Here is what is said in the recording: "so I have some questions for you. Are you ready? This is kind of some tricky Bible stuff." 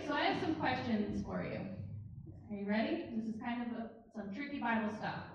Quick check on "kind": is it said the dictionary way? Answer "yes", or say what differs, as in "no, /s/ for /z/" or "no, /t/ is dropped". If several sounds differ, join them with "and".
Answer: yes